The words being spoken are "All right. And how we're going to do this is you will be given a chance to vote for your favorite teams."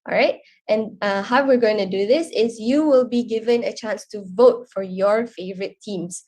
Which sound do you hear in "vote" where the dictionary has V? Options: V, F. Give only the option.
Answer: V